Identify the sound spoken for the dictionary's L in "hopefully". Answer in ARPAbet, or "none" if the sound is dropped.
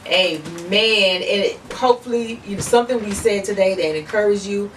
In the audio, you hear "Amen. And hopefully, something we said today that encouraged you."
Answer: N